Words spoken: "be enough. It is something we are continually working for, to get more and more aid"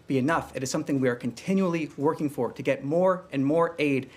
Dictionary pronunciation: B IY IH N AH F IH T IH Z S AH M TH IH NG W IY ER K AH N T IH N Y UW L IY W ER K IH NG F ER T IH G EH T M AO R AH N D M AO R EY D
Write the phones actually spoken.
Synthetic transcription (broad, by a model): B IY IH N AH F IH T IH Z S AH M TH IH NG W IY ER K AH N T IH N Y UW L IY W ER K IH NG F ER T IH G EH T M AO R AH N M AO R EY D